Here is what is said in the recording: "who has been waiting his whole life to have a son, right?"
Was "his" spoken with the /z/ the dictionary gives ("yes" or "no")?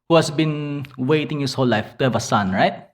no